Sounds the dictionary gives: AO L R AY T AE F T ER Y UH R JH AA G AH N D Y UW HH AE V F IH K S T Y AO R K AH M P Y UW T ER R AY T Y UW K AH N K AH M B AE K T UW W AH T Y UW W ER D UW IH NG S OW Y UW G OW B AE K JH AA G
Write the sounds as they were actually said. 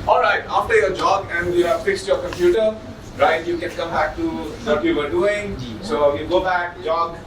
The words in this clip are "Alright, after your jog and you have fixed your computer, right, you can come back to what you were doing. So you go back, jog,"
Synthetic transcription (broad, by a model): AO L R AY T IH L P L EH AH JH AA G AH N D Y UW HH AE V F IH K S T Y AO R K AH M P Y UW T ER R AY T Y UW K AH N K AH M B AE K T UW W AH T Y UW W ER D UW IH NG S OW Y UW G OW B AE K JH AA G